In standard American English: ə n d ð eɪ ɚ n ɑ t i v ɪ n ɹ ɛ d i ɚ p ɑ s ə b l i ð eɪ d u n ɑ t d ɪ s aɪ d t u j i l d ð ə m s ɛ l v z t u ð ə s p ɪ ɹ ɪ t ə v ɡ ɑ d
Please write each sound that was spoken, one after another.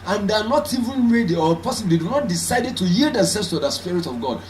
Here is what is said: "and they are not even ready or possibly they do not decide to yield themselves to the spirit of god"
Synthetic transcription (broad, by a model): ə n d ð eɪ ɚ n ɑ t i v ɪ n ɹ ɛ d i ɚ p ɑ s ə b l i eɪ d u n ɑ t d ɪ s aɪ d t u j i l d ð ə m s ɛ l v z t u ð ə s p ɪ ɹ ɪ t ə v ɡ ɑ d